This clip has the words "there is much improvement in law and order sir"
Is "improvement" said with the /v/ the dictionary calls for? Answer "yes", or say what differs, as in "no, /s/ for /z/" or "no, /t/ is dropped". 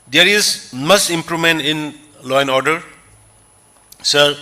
no, /v/ is dropped